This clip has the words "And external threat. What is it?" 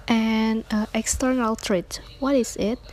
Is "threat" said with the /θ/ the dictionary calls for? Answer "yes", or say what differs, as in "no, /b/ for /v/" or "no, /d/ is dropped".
no, /t/ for /θ/